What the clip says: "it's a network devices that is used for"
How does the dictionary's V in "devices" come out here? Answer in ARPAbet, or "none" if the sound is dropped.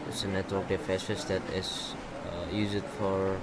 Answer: F